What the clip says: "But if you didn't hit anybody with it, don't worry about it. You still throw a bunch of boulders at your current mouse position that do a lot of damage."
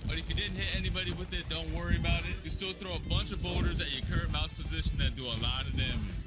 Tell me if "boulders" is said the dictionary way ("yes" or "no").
no